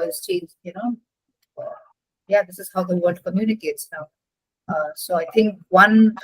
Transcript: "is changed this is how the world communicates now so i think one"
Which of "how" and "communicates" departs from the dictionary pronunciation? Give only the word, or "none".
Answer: none